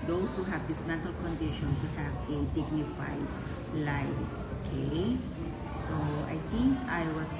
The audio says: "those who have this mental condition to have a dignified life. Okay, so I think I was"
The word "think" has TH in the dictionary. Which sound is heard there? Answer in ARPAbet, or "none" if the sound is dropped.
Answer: T